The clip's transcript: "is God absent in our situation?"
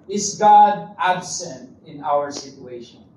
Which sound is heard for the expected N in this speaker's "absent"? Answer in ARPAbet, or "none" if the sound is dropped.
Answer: N